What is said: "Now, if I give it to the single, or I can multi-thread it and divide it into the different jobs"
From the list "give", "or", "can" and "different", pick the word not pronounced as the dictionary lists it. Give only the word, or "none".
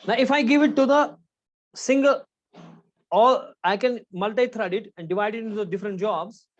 or